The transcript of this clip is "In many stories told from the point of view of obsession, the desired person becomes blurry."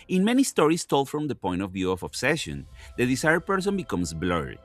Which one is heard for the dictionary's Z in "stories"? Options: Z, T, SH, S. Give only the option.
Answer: S